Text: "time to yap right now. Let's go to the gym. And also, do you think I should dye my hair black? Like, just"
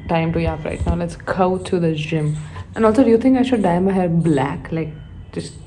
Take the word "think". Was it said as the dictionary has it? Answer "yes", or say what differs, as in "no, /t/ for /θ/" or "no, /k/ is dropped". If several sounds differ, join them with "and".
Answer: no, /t/ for /θ/